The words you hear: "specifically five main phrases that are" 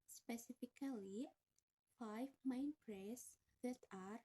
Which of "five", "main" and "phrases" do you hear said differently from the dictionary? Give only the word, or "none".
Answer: phrases